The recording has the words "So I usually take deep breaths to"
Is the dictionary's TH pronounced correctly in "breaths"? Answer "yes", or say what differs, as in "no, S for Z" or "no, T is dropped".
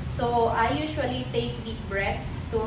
no, T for TH